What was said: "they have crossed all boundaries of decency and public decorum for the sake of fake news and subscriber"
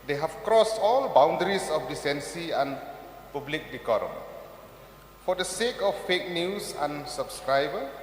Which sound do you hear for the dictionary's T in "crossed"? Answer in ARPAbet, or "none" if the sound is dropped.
T